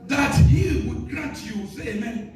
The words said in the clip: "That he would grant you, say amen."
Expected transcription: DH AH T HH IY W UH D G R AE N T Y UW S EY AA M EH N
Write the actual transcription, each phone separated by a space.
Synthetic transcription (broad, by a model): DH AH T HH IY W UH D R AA T Y UW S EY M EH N